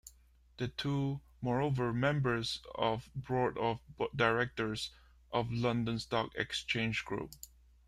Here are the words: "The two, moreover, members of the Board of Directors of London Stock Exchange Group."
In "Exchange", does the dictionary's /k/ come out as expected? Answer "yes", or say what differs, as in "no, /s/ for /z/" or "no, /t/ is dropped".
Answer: yes